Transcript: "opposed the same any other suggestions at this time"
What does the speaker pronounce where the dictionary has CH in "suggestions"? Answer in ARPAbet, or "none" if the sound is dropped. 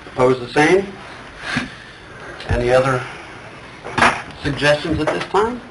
CH